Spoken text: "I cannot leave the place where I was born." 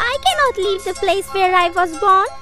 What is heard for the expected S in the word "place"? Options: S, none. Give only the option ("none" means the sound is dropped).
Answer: S